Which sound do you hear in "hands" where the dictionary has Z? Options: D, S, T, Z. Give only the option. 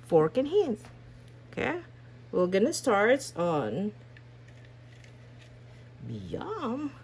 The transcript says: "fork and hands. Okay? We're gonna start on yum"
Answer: S